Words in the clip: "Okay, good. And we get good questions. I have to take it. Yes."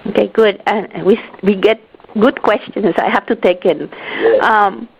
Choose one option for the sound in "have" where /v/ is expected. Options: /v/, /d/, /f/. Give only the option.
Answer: /f/